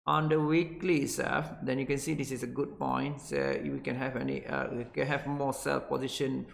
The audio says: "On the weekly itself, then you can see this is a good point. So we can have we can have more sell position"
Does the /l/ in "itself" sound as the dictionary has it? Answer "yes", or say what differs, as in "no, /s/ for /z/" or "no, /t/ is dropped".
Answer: no, /l/ is dropped